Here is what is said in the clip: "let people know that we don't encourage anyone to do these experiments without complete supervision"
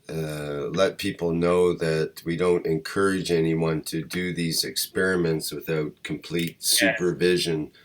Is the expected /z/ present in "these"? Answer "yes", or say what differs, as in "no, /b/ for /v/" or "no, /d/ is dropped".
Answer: yes